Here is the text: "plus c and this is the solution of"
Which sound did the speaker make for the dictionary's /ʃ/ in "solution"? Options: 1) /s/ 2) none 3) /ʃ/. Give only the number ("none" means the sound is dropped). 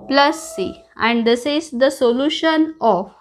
3